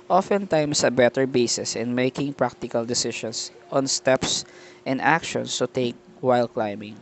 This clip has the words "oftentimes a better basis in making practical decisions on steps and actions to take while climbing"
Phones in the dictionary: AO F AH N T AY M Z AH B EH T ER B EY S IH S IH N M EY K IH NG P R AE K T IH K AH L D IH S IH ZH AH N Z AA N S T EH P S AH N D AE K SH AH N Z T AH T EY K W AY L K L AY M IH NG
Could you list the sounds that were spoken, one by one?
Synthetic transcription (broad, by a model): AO F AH N T AY M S AH B EH T ER B EY S IH S IH N M EY K IH NG P R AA K T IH K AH L D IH S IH SH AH N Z AA N S T EH P S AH N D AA K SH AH N S T AH T EY K W AY L K L AY M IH NG